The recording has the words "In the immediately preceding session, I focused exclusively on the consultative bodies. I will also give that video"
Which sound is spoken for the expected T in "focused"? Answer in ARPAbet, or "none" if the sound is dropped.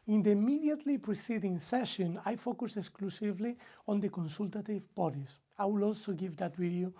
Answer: none